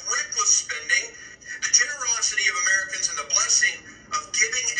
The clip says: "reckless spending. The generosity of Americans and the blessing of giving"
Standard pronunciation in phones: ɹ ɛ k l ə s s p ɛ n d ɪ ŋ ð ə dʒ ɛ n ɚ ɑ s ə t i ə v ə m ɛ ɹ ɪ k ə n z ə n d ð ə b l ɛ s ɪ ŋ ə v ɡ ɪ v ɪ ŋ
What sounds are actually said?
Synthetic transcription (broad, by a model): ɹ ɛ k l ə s s p ɛ n d ɪ ŋ ð ə dʒ ɛ n ɚ ɑ s ə t i ə v ə m ɛ ɹ ɪ k ə n z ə n ð ə b l ɛ s ɪ ŋ ə v ɡ ɪ v ɪ ŋ